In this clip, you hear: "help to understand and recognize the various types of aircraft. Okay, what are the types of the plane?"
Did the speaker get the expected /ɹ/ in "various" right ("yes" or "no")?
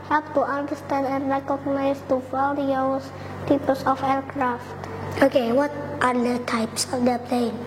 no